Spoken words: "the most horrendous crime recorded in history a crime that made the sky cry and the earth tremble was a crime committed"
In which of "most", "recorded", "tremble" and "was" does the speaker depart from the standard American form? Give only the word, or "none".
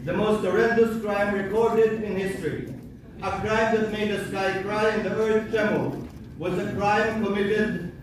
tremble